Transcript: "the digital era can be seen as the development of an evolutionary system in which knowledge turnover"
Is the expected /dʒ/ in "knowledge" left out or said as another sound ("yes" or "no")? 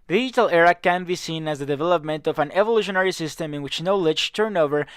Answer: yes